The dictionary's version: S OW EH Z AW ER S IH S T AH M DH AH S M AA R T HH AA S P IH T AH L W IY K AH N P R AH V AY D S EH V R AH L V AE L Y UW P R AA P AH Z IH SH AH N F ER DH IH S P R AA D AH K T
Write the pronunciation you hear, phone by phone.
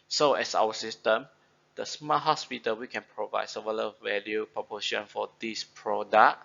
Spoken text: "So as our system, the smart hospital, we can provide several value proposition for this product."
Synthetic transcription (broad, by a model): S OW EH S AW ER S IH S T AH M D AH S M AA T HH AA S P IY T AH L W IY K AH N P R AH V AY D S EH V AH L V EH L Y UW P R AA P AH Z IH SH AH N F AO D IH S P R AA D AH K